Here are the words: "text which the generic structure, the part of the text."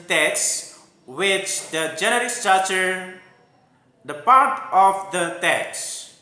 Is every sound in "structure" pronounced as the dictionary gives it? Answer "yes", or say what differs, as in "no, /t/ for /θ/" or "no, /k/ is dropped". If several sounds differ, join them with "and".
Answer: no, /k/ is dropped